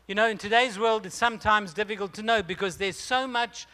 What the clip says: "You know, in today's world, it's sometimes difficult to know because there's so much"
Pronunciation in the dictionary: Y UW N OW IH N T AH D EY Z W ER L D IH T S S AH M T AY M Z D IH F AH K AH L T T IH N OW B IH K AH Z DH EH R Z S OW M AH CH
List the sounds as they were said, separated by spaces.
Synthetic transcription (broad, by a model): Y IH N OW IH N T AH D EY Z W ER L D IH T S S AH M T AY M Z D IH F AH K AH L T T IH N OW B IH K AH Z DH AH R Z S OW M AH CH